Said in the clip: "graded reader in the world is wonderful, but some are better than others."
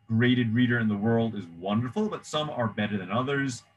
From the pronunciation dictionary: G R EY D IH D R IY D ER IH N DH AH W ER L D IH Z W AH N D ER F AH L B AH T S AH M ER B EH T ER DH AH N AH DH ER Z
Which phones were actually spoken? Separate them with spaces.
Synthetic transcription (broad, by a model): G R EY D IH D R IY D ER IH N DH AH W ER L D IH Z W AH N D ER F L B AH T S AH M ER B EH T ER DH AH N AH DH ER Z